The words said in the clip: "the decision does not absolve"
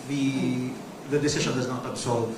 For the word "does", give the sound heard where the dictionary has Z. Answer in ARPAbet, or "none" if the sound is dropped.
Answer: Z